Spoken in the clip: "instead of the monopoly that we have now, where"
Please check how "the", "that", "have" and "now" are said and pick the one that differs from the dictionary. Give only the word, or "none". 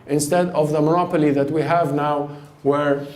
none